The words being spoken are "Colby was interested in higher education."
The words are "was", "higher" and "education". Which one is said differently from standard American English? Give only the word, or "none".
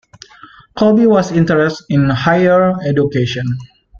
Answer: was